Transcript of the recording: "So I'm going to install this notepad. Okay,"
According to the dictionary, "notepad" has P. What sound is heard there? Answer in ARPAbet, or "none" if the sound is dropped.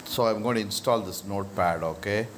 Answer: P